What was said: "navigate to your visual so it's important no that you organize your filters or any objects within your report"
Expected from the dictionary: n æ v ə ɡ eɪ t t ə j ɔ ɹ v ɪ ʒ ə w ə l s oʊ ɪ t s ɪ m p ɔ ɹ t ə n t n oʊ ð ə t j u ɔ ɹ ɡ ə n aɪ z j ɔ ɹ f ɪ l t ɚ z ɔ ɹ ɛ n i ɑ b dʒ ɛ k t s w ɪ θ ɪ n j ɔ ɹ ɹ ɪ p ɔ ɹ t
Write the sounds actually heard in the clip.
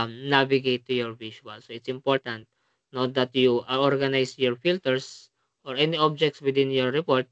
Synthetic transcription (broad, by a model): n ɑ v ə ɡ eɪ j t ə j ɔ ɹ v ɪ ʃ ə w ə l s oʊ ɪ t s ɪ m p ɔ ɹ t ə n t n oʊ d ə t j u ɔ ɹ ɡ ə n aɪ s j ɔ ɹ f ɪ l t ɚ s ɔ ɹ ɛ n i ɑ b dʒ ɛ k t s w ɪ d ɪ n j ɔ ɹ ɹ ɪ p ɔ ɹ t